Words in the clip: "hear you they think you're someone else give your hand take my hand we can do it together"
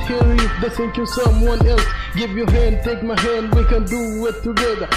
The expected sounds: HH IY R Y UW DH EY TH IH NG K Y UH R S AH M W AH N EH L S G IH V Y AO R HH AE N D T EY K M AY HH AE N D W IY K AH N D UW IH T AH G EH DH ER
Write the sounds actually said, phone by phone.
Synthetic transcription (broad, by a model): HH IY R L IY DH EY S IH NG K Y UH S AH M W AH N EH L S G IH V Y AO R HH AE N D T EY K M AY HH AE N D W IY K AH N D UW IH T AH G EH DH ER